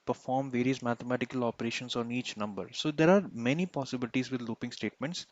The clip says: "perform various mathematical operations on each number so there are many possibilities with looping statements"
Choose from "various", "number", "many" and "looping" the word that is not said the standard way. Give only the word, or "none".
none